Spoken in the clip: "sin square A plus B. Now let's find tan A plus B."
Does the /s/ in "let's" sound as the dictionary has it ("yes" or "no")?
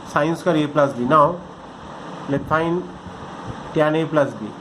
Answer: no